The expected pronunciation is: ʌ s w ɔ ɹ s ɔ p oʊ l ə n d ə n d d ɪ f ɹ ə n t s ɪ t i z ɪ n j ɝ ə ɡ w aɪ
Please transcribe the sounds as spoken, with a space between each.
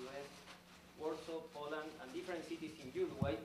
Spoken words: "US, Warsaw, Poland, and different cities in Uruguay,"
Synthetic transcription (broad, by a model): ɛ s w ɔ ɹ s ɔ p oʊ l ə n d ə n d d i f ɹ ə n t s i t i s ɪ n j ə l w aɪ